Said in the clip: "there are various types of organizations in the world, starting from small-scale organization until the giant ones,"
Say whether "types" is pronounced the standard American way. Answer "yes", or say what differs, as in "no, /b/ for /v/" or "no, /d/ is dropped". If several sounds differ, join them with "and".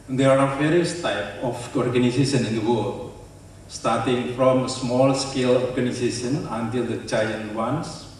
no, /s/ is dropped